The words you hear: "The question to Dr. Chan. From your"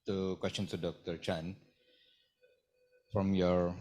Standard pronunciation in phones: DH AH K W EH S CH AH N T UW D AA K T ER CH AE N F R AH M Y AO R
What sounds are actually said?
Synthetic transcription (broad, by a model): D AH K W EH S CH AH N S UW D AA K T ER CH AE N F R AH M Y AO R